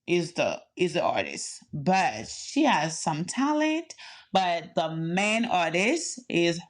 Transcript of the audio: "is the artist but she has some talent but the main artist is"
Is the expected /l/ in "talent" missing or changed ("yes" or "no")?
no